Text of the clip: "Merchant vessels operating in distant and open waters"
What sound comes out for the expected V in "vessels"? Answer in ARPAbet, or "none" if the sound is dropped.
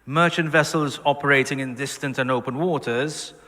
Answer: V